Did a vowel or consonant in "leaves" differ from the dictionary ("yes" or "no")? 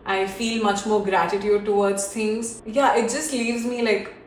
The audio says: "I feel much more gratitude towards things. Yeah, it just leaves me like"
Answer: no